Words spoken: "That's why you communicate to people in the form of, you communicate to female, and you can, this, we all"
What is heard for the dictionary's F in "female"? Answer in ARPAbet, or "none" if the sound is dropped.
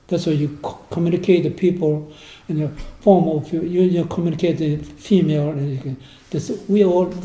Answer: F